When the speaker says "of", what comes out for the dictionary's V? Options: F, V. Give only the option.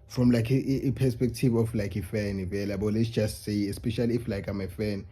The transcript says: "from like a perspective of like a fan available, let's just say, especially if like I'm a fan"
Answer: F